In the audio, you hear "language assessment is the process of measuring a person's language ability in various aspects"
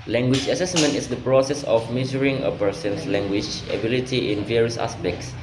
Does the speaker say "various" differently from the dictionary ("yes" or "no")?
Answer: no